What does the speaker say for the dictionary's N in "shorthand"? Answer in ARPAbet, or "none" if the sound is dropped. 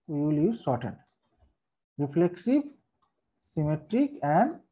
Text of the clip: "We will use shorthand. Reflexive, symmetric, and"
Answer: none